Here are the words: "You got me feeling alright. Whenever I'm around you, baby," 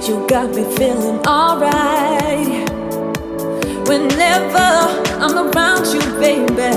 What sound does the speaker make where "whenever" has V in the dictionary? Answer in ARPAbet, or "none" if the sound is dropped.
V